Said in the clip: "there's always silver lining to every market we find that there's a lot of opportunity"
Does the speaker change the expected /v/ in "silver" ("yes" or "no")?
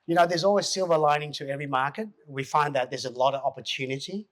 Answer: no